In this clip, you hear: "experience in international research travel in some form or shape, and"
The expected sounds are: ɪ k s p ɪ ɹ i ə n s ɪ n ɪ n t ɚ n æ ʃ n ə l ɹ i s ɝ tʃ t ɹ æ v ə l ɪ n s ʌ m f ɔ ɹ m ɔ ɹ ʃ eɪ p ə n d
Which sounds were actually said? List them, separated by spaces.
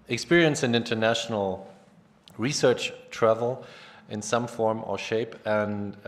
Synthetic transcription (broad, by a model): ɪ k s p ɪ ɹ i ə n s ɪ n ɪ n t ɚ n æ ʃ n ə l ɹ i s ɝ tʃ t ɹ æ v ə l ɪ n s ʌ m f ɔ ɹ m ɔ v ʃ eɪ p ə n